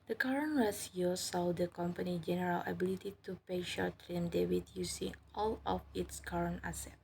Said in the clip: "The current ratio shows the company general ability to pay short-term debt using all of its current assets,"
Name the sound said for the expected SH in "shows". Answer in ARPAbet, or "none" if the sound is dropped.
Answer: S